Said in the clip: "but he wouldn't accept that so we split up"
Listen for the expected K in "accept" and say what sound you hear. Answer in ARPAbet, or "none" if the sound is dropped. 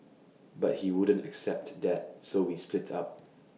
K